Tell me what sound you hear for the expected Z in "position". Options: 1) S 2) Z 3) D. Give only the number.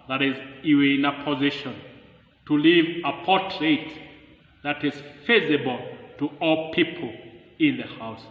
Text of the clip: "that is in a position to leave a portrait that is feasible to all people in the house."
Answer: 2